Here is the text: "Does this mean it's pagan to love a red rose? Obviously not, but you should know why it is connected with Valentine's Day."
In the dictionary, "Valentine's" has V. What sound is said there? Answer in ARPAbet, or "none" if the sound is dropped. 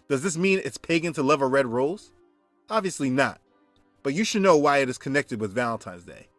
V